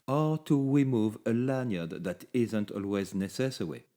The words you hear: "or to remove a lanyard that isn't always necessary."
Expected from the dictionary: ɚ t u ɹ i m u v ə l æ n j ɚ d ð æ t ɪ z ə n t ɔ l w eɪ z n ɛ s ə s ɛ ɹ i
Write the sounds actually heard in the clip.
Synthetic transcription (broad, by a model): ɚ t u ɹ i m u v ə l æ n j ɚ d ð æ t ɪ z ə n t ɔ l w eɪ z n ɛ s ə s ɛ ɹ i